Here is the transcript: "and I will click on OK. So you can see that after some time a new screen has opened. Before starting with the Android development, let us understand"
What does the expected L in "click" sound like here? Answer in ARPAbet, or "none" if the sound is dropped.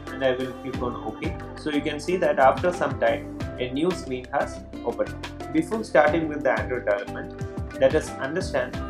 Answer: none